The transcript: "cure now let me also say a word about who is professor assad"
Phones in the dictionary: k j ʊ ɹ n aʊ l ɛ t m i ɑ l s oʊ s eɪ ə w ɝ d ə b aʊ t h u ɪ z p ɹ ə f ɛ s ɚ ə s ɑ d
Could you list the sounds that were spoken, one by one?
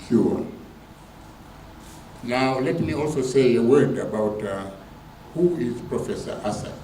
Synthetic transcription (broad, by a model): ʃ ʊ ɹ n aʊ l ɛ t m i ɑ l s oʊ s eɪ ə w ɝ d ə b aʊ t h u ɪ z p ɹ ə f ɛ s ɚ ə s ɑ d